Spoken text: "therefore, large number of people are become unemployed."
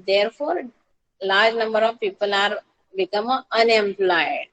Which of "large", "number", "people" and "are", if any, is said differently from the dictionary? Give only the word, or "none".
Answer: none